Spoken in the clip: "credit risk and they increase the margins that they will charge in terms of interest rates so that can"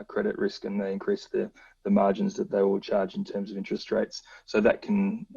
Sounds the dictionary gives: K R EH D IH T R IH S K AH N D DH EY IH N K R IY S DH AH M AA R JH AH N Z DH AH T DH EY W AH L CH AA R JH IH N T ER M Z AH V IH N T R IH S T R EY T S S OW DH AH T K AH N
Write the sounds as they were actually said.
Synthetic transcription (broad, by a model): K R EH D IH T R IH S K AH N DH EY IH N K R IY S DH AH M AA R JH AH N Z DH AH T DH EY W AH L CH AA R JH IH N T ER M Z AH V IH N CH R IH S T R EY T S S OW DH AH T K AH N